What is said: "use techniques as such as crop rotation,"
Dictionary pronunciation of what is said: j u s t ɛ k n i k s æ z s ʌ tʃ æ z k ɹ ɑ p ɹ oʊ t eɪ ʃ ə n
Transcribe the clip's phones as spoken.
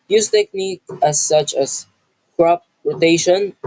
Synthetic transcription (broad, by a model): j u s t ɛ k n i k æ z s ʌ tʃ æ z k ɹ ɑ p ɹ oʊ t eɪ ʃ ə n